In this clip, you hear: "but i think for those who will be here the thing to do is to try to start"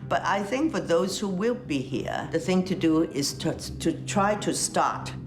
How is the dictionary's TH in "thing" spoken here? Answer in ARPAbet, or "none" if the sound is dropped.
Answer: TH